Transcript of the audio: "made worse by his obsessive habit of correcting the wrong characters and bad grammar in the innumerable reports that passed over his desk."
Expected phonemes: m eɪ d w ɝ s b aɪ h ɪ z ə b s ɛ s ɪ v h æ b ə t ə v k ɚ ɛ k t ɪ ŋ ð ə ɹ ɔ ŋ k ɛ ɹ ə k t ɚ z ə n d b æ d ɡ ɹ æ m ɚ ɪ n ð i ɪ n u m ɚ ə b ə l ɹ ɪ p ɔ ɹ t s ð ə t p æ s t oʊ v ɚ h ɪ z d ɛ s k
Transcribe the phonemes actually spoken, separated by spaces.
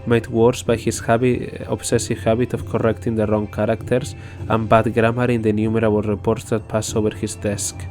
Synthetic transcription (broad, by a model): m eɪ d w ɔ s b aɪ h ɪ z ə b s ɛ s ɪ v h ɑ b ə t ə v k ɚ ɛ k t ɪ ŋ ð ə ɹ ɔ ŋ k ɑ ɹ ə k t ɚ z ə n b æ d ɡ ɹ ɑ m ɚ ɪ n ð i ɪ n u m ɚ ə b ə l ɹ ɪ p ɔ ɹ t s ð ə t p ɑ s oʊ v ɚ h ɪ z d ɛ s k